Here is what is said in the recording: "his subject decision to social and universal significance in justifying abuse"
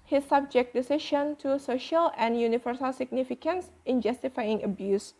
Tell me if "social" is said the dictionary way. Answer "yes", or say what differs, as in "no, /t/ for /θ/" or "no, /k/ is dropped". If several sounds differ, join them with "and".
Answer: yes